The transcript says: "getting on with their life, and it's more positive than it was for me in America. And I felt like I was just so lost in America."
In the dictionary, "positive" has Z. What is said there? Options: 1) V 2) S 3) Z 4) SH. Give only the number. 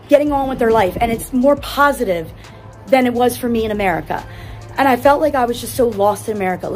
3